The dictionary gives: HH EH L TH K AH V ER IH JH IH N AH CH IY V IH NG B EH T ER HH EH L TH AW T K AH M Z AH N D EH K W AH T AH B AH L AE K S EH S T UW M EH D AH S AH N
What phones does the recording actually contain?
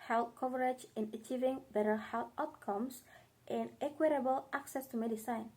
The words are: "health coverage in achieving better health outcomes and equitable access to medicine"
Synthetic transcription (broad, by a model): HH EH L K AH V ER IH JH IH N AH CH IY V IH NG B EH T ER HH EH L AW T K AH M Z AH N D EH K W AH T AH B AH L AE K S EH S T UW M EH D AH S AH N